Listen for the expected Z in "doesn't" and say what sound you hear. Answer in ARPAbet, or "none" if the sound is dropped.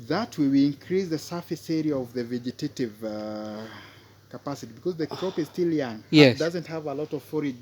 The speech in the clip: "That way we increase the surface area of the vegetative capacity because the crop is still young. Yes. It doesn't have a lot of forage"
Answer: Z